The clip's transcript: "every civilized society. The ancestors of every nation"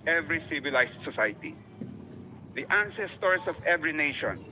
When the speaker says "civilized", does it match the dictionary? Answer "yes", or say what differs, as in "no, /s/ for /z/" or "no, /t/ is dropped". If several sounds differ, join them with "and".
no, /s/ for /z/